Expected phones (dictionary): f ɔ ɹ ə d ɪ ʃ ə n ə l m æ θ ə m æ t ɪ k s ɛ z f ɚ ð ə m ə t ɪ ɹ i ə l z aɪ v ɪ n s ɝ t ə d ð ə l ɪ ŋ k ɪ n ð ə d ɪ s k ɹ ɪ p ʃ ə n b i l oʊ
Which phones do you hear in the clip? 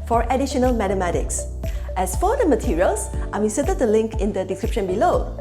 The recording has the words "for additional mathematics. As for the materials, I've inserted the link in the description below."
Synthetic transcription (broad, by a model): f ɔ ɹ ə d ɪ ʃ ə n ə l m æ t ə m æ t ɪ k s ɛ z f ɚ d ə m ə t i ɹ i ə l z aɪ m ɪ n s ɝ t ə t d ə l ɪ ŋ k ɪ n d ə d ɪ s k ɹ ɪ p ʃ ə n b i l oʊ